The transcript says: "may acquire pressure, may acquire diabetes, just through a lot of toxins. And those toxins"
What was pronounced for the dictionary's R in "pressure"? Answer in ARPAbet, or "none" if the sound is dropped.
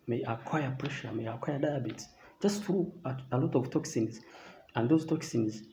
R